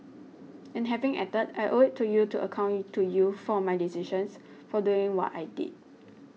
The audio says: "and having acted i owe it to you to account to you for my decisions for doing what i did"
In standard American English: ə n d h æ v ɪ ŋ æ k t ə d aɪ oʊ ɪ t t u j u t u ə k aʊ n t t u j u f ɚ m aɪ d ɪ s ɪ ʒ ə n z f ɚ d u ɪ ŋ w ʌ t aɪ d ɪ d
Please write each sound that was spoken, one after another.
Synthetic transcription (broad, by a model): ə n h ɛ v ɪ ŋ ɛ t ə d aɪ oʊ ɪ t t u j u t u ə k aʊ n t t u j u f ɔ m aɪ d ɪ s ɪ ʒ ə n s f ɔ d u ɪ ŋ w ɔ t aɪ d ɪ d